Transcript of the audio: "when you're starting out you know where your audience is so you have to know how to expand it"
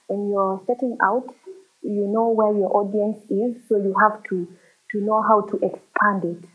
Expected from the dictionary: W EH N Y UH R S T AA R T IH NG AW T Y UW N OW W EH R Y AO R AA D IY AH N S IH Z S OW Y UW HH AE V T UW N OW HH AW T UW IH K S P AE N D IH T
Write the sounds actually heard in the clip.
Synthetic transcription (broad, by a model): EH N Y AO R S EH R T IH NG AW T Y UW N OW W EH R Y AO R AA D IY AH N S IH Z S OW Y UW HH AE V T UW N OW HH AW T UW IH K S P AE N D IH T